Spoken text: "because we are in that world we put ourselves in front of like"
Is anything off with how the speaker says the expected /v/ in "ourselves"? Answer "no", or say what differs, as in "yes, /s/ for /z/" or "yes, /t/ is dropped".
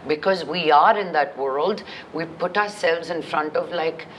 no